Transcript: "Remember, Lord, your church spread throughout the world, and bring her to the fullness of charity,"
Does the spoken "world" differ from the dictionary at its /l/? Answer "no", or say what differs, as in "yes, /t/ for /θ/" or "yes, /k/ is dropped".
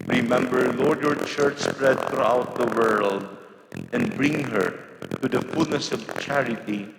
no